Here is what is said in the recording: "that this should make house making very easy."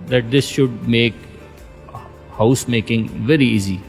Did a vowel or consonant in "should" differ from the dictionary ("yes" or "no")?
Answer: no